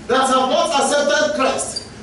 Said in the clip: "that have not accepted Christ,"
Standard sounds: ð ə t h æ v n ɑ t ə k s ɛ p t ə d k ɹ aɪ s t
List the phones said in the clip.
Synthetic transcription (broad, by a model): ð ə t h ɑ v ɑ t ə s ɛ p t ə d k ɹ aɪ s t